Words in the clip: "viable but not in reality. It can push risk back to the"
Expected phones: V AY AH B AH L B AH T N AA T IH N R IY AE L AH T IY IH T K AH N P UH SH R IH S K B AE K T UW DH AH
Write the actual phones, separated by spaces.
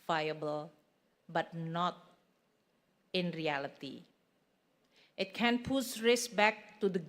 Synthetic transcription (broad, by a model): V AY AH B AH L B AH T N AA T IH N R IY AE L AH T IY IH T K AH N P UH S R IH S B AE K T UW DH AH